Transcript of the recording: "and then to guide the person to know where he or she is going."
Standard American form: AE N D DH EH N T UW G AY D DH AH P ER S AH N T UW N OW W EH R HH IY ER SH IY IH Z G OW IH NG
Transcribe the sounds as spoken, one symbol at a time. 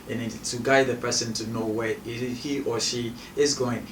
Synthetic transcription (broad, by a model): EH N T UW G AY D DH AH P ER S AH N T UW N OW W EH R HH IY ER SH IY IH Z G OW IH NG